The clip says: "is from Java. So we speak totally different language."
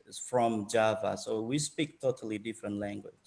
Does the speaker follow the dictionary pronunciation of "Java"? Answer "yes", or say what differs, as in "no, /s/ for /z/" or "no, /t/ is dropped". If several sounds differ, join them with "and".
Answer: yes